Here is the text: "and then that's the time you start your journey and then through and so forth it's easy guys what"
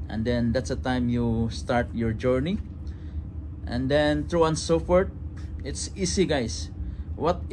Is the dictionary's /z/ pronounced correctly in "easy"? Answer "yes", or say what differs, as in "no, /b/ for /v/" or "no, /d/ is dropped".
no, /s/ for /z/